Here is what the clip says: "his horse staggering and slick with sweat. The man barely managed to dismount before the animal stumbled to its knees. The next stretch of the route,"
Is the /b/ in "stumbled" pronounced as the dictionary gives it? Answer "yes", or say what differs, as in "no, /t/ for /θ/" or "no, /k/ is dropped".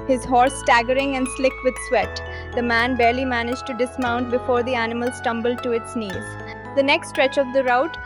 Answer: yes